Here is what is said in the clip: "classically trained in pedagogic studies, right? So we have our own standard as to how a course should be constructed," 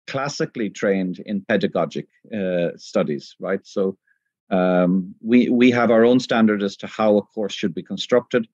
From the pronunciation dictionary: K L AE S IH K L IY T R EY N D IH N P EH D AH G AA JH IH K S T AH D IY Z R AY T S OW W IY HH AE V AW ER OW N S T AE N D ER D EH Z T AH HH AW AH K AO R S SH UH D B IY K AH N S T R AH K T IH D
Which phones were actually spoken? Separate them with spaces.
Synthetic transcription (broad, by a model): K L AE S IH K L IY T R EY N D IH N P EH D AH G AA JH IH K S T AH D IY Z R AY T S OW W IY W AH V AW ER OW N S T AE N D ER D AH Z T AH HH AW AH K AO R S SH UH D B IY K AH N S T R AH K T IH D